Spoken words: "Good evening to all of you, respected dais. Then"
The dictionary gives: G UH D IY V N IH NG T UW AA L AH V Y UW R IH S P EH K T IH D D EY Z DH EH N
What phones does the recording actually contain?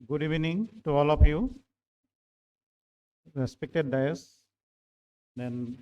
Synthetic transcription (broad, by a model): G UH D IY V N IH NG T UW AA L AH P Y UW R IH S P EH K T IH D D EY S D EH N